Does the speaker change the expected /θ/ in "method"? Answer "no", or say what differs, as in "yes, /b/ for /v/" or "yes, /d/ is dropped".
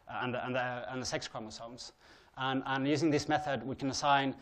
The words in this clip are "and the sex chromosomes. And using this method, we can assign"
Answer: no